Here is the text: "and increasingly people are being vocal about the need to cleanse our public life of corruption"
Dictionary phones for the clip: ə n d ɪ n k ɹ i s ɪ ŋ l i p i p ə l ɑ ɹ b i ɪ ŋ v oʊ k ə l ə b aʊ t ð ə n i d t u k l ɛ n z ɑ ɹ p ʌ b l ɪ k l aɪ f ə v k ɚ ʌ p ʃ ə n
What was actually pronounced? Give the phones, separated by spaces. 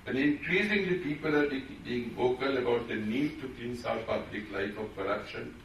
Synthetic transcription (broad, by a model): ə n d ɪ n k ɹ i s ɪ ŋ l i p i p ə l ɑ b b i ɪ ŋ v oʊ k ə l ə b aʊ t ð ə n i d t u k i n s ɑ p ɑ b l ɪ k l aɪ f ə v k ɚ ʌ p ʃ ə n